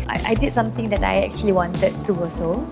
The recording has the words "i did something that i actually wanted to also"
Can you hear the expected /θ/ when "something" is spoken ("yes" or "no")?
no